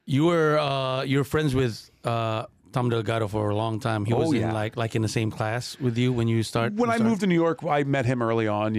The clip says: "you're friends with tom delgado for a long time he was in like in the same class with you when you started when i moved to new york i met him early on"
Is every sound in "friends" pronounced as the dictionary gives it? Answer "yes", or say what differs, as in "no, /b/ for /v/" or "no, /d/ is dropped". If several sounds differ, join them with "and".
yes